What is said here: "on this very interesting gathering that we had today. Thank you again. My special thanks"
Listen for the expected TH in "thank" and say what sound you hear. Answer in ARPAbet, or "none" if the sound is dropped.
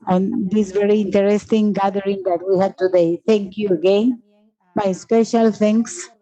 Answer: T